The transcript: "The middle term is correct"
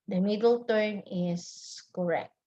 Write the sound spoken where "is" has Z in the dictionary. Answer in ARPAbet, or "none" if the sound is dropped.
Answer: S